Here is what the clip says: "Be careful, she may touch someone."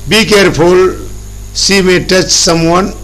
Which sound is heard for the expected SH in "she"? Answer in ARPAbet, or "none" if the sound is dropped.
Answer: S